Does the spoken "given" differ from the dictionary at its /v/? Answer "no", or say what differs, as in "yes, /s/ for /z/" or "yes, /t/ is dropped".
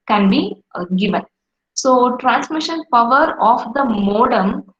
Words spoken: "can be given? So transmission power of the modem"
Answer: no